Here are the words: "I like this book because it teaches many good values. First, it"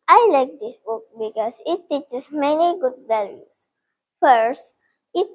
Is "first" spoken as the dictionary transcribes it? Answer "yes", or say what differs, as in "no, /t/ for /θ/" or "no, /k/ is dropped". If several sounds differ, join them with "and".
yes